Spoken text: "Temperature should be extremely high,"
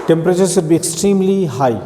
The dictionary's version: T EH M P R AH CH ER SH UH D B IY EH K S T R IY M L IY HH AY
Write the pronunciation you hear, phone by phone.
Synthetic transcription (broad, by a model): T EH M P R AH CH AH S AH D B IY EH K S T R IY M L IY HH AY